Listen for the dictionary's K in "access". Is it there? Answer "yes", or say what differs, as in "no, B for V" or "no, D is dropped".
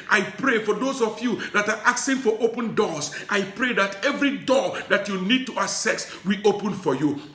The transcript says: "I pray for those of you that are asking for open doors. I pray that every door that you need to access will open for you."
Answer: no, K is dropped